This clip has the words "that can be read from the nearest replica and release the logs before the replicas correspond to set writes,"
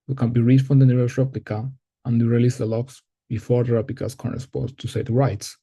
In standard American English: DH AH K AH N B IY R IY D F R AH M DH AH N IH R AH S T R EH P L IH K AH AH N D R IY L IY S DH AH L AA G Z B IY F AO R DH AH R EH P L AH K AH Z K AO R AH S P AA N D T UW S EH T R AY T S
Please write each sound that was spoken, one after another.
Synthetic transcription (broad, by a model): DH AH K AH N B IY R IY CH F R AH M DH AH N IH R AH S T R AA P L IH K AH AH N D R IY L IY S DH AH L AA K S B IY F AO R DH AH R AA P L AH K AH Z K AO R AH S P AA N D T UW S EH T R AY T S